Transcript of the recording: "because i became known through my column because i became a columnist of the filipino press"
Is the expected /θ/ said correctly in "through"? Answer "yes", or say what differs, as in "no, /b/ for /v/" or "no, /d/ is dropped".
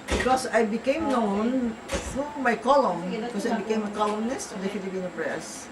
no, /f/ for /θ/